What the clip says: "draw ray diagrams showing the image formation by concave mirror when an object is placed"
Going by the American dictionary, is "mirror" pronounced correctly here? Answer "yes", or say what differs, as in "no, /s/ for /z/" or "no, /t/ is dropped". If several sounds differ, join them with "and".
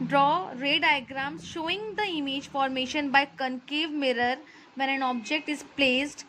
yes